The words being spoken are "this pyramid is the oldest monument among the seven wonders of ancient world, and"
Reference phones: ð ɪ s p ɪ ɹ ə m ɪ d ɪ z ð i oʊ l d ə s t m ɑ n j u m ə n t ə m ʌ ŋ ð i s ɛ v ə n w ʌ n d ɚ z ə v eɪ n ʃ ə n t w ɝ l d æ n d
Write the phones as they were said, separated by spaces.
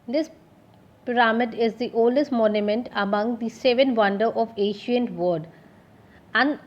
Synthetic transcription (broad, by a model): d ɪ s p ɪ ɹ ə m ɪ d ɪ z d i oʊ l d ə s t m ɑ n j u m ə n t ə m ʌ ŋ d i s ɛ v ə n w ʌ n d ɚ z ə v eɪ ʃ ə n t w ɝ d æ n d